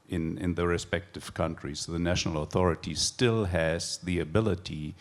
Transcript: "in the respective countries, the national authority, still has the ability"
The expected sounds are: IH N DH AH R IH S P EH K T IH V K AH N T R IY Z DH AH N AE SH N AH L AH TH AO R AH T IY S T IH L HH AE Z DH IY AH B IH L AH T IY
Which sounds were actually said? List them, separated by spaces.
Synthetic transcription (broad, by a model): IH N DH AH R IH S P EH K T IH V K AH N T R IY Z DH AH N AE SH N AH L AH TH AO R AH T IY S T IH L HH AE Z DH IY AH B IH L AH T IY